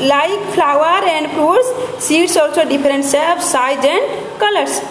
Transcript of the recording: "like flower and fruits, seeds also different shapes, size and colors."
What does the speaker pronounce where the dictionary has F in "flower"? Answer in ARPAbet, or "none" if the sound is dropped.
P